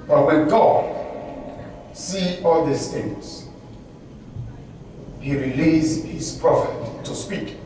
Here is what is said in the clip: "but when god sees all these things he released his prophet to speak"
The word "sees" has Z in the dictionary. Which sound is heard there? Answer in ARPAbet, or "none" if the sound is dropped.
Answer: none